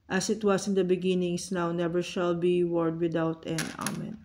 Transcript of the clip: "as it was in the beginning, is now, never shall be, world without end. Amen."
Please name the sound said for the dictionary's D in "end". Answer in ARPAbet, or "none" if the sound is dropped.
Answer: none